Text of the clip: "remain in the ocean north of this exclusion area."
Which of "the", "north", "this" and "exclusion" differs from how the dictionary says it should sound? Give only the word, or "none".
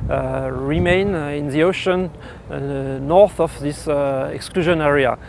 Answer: none